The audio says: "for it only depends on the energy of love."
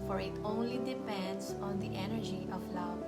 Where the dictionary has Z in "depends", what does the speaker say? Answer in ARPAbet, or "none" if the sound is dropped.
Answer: S